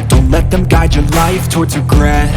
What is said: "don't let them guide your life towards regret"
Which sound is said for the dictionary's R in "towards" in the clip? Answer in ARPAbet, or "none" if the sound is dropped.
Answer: R